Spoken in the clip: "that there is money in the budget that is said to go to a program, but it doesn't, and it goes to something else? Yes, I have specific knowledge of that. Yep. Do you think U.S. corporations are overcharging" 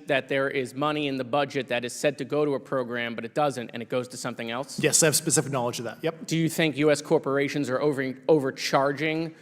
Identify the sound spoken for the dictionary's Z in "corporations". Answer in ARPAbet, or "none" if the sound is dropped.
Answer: Z